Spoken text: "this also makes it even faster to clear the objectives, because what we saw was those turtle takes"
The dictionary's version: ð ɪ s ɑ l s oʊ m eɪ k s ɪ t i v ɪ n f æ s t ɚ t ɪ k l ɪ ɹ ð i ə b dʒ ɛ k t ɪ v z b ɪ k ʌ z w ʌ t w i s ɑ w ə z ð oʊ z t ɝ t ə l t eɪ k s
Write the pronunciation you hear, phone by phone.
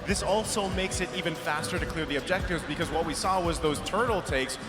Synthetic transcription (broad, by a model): ð ɪ s ɑ l s oʊ m eɪ k s ɪ t i v ɪ n f æ s t ɚ t ɪ k l ɪ ɹ ð i ə b dʒ ɛ k t ɪ v z b ɪ k ʌ z w ʌ t w i s ɑ w ə z ð oʊ z t ɝ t l t eɪ k s